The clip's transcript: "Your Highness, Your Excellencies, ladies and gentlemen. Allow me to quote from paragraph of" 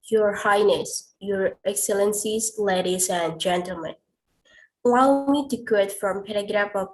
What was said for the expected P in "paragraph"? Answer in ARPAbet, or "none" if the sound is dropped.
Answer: P